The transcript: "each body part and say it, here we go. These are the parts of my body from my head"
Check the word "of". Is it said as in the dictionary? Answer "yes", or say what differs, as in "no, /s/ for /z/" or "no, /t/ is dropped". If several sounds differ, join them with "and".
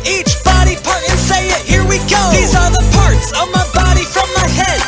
yes